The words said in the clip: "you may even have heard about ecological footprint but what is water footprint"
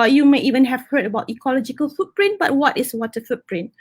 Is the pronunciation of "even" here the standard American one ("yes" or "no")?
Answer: yes